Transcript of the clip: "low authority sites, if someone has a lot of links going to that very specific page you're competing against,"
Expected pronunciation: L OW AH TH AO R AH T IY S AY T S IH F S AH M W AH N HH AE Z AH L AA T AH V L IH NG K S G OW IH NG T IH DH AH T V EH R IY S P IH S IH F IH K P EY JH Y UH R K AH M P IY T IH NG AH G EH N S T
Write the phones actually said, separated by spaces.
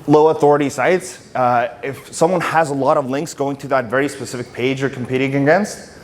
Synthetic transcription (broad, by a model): L OW AH TH AO R AH T IY S AY T S IH F S AH M W AH N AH Z AH L AA T AH V L IH NG K S G OW IH NG T IH DH AH T V EH R IY S P IH S IH F IH K P EY JH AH R K M P IY T IH NG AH G EH N S T